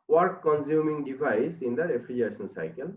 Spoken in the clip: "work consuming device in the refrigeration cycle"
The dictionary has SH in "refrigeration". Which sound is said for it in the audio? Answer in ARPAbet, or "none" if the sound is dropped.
S